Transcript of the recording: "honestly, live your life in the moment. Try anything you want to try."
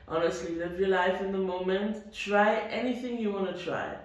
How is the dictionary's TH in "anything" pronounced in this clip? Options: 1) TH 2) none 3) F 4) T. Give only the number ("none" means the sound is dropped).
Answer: 1